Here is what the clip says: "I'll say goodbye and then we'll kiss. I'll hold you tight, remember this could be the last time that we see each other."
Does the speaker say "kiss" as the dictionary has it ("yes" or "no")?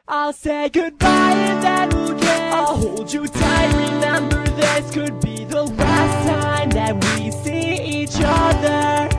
no